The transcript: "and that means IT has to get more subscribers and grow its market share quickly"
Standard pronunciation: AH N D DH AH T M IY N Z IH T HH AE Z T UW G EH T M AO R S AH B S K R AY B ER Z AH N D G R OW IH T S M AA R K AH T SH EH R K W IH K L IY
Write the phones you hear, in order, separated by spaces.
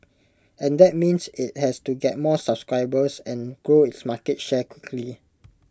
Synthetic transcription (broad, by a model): AH N D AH T M IY N S IH T HH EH S T UW G EH T M AO S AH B S K R AY B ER S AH N G R OW IH T S M AA K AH T SH EH K W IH K L IY